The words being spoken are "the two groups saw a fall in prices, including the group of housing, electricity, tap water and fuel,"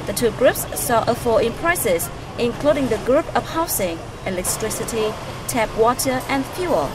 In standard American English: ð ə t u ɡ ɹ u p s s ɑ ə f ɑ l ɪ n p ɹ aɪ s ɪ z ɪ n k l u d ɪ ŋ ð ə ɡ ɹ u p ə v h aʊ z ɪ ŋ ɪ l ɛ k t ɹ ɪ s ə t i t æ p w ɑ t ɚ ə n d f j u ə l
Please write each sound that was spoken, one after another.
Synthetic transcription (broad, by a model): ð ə t u ɡ ɹ u p s s ɑ ə f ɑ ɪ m p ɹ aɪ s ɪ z ɪ n k l u d ɪ ŋ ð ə ɡ ɹ u p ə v h aʊ s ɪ ŋ ɪ l ɛ k t ɹ ɪ s ə t i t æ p w ɑ t ɚ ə n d f j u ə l